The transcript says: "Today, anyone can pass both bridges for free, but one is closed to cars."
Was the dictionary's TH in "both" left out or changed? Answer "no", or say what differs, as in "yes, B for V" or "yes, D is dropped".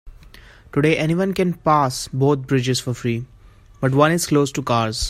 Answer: yes, T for TH